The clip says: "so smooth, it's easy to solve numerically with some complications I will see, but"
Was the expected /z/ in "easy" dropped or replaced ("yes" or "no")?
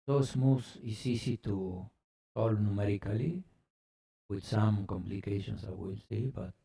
yes